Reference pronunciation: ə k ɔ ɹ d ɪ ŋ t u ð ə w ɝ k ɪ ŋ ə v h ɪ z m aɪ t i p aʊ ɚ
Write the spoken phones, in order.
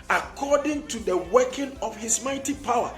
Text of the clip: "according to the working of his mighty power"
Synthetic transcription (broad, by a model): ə k ɔ d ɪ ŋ t u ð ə w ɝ k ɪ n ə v h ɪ s m aɪ t i p aʊ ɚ